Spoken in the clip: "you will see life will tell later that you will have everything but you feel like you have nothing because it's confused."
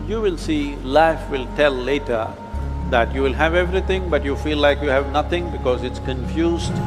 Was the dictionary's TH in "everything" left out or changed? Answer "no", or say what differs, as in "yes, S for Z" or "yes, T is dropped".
yes, T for TH